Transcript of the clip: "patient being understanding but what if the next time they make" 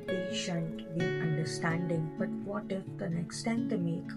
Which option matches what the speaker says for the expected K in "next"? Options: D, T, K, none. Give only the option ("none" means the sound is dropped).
K